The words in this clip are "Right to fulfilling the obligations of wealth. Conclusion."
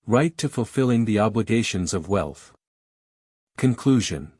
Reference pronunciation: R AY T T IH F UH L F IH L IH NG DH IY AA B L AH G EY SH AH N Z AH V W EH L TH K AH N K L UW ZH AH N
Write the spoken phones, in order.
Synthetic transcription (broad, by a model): R AY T T IH F UH L F IH L IH NG DH IY AA B L AH G EY SH AH N Z AH V W EH L TH K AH N K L UW ZH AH N